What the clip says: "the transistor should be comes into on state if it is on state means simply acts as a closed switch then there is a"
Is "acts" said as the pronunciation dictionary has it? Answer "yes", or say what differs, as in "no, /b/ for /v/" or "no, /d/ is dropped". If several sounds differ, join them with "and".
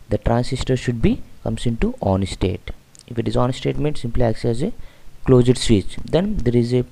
yes